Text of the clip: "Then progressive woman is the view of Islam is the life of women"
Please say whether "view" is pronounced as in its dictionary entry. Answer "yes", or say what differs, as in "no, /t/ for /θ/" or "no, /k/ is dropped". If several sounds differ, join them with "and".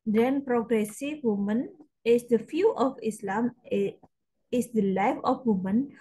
no, /f/ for /v/